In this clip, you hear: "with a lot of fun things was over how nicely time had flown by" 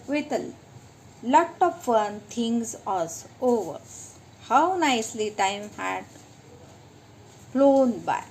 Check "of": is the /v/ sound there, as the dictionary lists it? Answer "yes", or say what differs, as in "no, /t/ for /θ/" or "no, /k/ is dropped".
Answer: no, /p/ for /v/